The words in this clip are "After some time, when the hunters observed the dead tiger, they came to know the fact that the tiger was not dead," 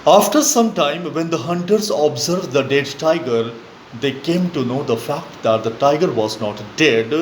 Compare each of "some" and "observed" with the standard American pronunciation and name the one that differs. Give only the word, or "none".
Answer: none